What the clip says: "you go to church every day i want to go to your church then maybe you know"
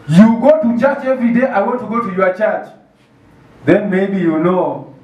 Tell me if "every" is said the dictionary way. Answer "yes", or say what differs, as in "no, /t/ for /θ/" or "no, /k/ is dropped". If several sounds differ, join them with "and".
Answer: no, /ɹ/ is dropped